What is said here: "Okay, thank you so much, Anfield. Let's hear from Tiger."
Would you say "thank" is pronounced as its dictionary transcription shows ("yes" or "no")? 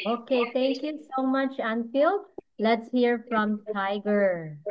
no